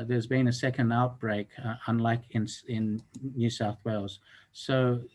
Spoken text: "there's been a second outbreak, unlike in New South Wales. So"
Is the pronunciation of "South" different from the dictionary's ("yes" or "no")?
no